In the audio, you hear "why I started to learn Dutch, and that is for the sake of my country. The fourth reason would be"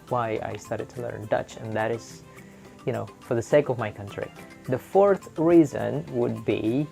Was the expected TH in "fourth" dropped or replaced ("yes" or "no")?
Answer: no